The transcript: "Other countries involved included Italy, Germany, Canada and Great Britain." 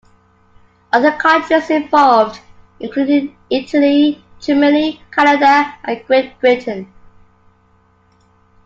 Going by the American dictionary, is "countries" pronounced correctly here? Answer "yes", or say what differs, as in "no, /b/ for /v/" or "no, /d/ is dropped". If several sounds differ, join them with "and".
no, /n/ is dropped